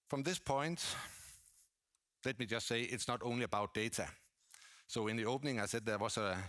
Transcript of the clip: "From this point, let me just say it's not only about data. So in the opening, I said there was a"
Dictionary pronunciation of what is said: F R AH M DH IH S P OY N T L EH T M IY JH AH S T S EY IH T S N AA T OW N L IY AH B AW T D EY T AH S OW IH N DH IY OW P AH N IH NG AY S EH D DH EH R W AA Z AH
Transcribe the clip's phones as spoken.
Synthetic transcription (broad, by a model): F R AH M DH IH S P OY N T L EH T M IY JH AH S T S EY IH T S N AA T OW N L IY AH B AW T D EY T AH S OW IH N DH IY OW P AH N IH NG AY S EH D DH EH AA S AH